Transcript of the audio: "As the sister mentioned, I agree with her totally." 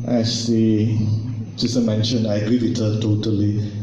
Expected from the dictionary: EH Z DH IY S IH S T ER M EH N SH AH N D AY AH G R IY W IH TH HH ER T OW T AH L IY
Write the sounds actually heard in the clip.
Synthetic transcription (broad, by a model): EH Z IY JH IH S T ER M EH N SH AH N AY AH G R IY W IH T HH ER T OW T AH L IY